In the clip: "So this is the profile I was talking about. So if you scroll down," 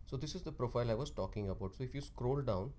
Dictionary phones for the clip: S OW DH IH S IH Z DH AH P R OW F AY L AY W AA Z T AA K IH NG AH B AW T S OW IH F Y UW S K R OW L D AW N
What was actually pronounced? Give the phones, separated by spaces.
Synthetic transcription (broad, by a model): S OW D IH S IH Z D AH P R OW F AY L AY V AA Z T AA K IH NG AH B AW T S OW IH F Y UW S K R OW L D AW N